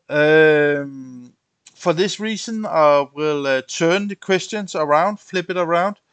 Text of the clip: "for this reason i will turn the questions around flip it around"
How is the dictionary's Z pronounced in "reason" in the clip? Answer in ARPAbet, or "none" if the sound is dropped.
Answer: S